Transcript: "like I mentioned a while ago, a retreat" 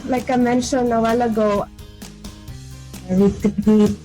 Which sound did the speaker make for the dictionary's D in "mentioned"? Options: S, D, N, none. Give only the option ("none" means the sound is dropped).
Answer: none